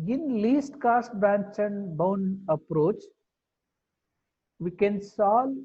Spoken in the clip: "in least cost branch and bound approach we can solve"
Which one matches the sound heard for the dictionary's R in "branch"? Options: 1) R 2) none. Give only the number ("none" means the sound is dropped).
2